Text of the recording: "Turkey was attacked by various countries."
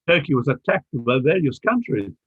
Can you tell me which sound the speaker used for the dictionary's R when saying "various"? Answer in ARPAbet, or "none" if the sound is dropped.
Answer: L